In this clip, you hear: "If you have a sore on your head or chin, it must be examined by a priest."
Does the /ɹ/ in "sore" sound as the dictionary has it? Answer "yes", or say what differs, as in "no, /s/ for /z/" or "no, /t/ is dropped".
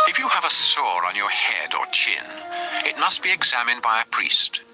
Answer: yes